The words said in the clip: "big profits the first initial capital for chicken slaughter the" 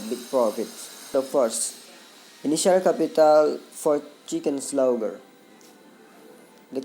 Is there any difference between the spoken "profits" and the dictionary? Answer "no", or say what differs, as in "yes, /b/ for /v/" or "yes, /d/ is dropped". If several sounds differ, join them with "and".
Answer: yes, /ɹ/ is dropped